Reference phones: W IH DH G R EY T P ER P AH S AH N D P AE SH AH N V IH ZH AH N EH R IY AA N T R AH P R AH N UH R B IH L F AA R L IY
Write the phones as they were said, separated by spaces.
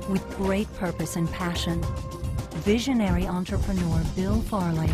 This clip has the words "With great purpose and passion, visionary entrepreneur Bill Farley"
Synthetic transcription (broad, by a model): W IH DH G R EY T P ER P AH S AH N P AE SH AH N V IH ZH AH N EH R IY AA N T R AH P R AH N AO R B IH L F AA R L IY